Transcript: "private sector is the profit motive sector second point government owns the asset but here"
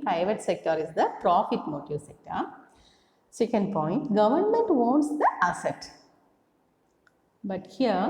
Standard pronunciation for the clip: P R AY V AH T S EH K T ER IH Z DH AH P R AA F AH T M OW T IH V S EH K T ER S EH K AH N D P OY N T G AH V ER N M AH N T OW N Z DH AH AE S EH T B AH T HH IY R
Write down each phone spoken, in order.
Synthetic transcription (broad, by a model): P R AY V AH T S EH K T ER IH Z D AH P R AA F AH T M OW T IH V S EH K T ER S EH K AH N D P OY N T G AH V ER N M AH N T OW N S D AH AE S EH T B AH T HH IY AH